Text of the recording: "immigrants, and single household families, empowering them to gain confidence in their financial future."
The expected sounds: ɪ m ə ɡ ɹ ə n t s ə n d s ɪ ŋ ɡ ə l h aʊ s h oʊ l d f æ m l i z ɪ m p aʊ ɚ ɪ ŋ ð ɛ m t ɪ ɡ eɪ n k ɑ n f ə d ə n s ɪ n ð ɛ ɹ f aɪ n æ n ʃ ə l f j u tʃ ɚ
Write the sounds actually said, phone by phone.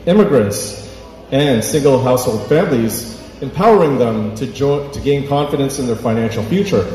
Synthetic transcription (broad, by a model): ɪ m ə ɡ ɹ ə n t s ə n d s ɪ ŋ ɡ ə l h aʊ s h oʊ l d f æ m l i z ɪ m p aʊ ɚ ɪ ŋ ð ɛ m t ɪ ɡ eɪ n k ɑ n f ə d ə n s ɪ n ð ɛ ɹ f aɪ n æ n ʃ l f j u tʃ ɚ